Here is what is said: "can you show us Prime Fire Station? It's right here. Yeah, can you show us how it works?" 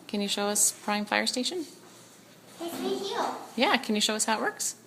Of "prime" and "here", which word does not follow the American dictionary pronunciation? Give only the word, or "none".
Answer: here